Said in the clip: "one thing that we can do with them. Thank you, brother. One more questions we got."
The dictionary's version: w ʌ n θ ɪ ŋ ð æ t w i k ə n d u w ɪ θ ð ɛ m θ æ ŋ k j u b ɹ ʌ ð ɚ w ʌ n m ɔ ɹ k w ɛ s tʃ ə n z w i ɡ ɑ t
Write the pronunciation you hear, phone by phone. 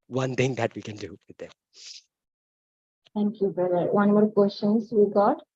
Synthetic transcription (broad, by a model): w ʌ n t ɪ ŋ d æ t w i k ə n d u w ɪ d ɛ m t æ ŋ k j u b ʌ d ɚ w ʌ n m ɔ ɹ k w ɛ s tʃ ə n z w i ɡ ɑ t